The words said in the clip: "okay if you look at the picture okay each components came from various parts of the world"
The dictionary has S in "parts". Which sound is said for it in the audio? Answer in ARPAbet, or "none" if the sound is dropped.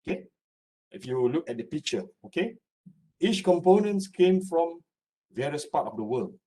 none